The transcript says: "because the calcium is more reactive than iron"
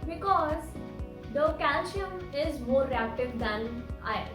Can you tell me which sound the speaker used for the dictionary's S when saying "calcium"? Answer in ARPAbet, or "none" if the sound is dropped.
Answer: SH